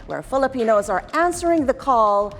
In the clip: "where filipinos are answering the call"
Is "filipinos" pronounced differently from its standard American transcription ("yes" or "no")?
no